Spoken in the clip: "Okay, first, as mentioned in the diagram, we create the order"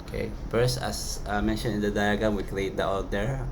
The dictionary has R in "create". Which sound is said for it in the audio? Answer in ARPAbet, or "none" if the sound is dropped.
L